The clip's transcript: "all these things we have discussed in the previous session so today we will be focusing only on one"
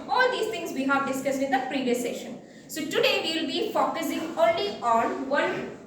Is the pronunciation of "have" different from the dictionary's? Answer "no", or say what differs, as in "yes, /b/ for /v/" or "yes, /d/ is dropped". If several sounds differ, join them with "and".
no